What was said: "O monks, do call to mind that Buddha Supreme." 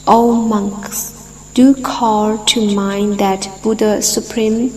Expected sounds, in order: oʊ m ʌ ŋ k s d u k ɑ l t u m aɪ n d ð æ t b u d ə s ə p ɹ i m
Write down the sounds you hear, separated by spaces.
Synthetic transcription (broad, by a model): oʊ m ʌ ŋ k s d u k ɑ l t u m aɪ n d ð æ t b u d ə s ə p ɹ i m